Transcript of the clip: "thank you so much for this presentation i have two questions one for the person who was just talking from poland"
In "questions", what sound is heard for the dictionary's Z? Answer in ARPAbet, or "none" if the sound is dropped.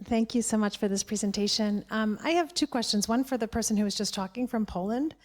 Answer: Z